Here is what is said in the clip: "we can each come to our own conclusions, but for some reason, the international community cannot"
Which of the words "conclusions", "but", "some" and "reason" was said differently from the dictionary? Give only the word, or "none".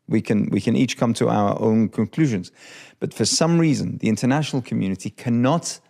none